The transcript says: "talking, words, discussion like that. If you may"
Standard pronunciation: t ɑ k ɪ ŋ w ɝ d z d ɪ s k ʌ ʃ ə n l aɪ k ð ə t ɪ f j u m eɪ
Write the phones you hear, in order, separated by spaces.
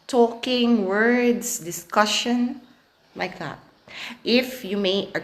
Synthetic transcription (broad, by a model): t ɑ k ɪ ŋ w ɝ d s d ɪ s k ʌ ʃ ə n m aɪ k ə t ɪ f j u m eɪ